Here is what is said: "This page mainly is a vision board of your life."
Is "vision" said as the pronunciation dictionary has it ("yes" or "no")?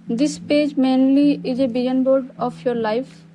no